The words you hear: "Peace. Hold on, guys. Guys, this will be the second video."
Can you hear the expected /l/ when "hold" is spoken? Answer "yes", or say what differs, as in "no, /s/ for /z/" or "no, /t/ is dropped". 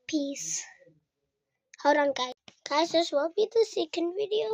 no, /w/ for /l/